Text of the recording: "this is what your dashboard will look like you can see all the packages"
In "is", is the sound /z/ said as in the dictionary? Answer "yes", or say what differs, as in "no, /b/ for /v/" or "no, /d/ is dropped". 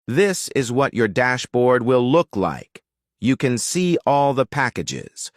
yes